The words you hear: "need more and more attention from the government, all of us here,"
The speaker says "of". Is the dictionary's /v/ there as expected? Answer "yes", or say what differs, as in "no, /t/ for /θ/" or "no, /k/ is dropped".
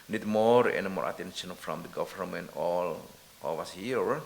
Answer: no, /w/ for /v/